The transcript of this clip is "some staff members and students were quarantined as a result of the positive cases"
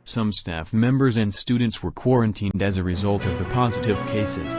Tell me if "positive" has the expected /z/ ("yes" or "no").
yes